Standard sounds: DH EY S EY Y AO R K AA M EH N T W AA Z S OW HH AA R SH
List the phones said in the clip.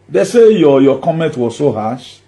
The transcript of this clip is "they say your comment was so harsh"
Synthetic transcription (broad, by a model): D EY S EY Y AO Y K AA M EH N T W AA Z S OW HH AA SH